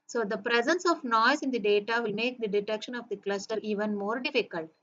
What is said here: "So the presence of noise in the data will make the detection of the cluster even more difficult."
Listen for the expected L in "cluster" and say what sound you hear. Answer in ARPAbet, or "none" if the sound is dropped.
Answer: L